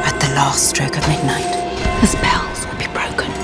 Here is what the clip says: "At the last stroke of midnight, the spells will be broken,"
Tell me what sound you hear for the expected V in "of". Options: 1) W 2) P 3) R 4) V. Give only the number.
4